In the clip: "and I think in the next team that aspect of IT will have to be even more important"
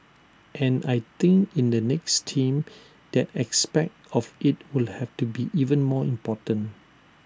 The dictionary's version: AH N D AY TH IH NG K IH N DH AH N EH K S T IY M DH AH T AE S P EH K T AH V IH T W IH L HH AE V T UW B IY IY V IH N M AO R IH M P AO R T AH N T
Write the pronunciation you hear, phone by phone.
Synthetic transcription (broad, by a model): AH N AY T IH NG K IH N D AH N EH K S T IY M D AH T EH S P EH K T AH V IH T W IH L HH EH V T UW B IY IY V IH N M AO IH M P AO T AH N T